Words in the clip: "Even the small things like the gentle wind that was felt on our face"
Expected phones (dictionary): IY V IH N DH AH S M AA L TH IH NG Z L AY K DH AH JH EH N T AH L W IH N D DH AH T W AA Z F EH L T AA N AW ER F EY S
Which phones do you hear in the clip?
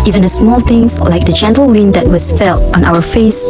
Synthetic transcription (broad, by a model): IY V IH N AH S M AA L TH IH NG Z L AY K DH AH JH EH N T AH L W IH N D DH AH T W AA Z F EH L T AA N AW ER F EY S